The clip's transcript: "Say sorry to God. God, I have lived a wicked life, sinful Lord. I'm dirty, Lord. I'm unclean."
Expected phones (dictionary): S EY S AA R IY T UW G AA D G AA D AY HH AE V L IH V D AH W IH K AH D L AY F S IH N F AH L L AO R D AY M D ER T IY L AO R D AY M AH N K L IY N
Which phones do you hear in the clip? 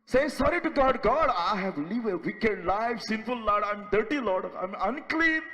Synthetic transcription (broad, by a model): S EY S AA R IY T UW G AA D G AA D AY HH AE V L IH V AH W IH K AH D L AY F S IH N F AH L L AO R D AY M D ER T IY L AO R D AY M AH N K L IY N